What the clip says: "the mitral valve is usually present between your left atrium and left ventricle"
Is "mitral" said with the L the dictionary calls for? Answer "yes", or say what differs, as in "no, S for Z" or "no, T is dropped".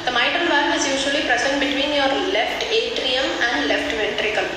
no, N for L